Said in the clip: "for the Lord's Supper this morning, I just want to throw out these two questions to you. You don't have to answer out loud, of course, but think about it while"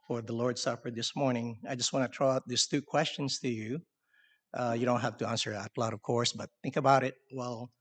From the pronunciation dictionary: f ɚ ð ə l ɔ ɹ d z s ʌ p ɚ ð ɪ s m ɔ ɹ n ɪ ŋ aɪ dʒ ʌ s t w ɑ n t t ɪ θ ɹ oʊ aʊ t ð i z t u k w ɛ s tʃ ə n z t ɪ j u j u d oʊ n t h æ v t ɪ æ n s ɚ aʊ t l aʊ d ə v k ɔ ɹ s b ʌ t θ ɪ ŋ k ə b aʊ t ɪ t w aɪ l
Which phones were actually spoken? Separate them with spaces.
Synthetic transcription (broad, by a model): f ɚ ð ə l ɔ ɹ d s ʌ p ɚ ð ɪ s m ɔ ɹ n ɪ ŋ aɪ dʒ ʌ s t w ɑ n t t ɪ t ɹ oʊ aʊ t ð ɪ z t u k w ɛ s tʃ ə n z t ɪ j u j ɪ d oʊ n t h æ f t ɪ æ n s ɚ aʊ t l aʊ d ə v k ɔ ɹ s b ʌ t θ ɪ ŋ k ə b aʊ t ɪ t w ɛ l